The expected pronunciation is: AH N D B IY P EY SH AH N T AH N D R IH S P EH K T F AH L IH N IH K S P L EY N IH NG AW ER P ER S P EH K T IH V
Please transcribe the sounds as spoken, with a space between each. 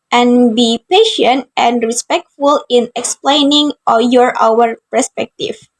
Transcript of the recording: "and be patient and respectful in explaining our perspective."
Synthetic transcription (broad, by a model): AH N B IY P EY SH AH N T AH N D R IH S P EH K T F AH L IH N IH K S P L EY N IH NG AW ER P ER S P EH K T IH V